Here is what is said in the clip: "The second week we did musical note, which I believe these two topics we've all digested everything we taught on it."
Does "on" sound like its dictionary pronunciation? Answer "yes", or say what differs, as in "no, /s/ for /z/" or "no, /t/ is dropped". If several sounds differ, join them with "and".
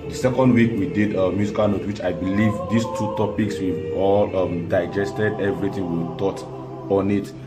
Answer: yes